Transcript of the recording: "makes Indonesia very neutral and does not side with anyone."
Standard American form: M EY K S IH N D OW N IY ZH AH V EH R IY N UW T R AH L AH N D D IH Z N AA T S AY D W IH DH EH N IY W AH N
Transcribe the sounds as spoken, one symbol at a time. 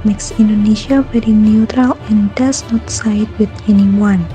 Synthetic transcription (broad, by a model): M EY K S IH N D OW N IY SH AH W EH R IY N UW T R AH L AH N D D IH S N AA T S AY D W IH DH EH N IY W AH N